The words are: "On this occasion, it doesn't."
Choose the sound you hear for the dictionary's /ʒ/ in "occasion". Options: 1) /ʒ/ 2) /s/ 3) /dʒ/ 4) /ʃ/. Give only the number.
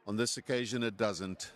1